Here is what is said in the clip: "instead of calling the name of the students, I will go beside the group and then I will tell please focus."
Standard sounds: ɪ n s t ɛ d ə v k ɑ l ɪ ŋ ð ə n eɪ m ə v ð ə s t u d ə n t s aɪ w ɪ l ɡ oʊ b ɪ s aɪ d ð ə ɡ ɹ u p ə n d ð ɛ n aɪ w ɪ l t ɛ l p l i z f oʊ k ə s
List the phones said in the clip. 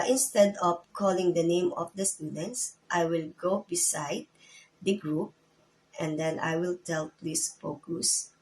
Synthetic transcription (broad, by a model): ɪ n s t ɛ d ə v k ɑ l ɪ ŋ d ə n eɪ m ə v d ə s t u d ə n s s aɪ w ɪ l ɡ oʊ b ɪ s aɪ d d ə ɡ ɹ u p ə n d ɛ n aɪ w ɪ l t ɛ l p l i s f oʊ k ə s